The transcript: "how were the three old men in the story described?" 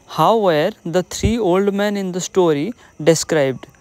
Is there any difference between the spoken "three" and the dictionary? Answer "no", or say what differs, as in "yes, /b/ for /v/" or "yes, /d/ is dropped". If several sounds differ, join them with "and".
yes, /t/ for /θ/